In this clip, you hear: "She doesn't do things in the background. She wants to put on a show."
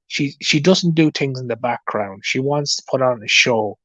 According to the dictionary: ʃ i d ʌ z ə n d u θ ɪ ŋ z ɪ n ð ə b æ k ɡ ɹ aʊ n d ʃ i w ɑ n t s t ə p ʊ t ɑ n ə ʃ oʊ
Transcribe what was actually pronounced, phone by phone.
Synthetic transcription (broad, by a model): ʃ i d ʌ z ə n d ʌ θ ɪ ŋ z ɪ n ð ə b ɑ k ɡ ɹ aʊ n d ʃ i w ɑ n t s t ə p ʊ t n ə ʃ oʊ